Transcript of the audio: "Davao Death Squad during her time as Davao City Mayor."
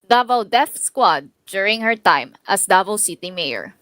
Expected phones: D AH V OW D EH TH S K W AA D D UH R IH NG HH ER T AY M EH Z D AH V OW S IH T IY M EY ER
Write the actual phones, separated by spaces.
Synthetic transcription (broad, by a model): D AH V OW D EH F S K W AA D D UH R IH NG HH ER T AY M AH S D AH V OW S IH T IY M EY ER